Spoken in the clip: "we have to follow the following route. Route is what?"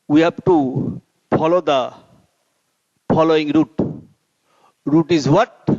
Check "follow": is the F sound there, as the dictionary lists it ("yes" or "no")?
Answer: no